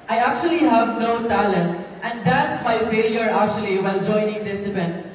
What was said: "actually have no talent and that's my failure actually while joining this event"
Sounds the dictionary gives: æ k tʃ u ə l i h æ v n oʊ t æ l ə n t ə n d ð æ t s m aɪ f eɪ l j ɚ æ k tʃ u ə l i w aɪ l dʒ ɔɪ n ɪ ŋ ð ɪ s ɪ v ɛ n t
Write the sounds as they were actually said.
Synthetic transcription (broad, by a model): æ k tʃ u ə l i h æ v n oʊ t æ l ə n t ə n d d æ t s m aɪ f eɪ l j ɚ æ k tʃ u ə l i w aɪ l dʒ ɔɪ n ɪ ŋ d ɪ s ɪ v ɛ n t